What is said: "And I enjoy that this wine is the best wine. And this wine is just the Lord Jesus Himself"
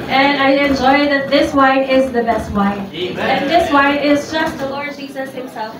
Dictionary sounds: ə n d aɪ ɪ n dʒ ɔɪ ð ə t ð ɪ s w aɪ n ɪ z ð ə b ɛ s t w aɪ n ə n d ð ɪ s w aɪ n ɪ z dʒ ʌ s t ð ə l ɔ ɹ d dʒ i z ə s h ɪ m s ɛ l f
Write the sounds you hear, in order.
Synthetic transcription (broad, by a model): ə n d aɪ ɪ n dʒ ɔɪ ð ə t ð ɪ s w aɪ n ɪ z ð ə b ɛ s t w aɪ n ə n ð ɪ s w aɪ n ɪ z dʒ ʌ s t ð ə l ɔ ɹ d dʒ i z ə s h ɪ m s ɛ l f